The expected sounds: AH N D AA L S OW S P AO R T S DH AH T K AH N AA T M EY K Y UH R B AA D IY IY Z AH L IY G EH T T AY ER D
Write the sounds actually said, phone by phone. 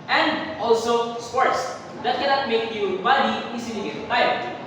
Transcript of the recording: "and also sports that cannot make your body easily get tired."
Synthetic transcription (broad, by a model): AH N D AA L S OW S P AO R T S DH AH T K AH N AA T M EY K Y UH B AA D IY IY S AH N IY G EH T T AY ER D